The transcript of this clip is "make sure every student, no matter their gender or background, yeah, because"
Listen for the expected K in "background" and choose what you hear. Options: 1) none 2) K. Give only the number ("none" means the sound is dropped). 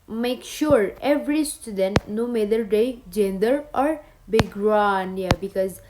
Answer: 1